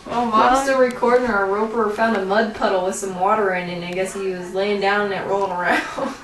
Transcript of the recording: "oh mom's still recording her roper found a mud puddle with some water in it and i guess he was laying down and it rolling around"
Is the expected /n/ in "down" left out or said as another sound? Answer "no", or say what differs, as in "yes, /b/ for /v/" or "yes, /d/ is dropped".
yes, /n/ is dropped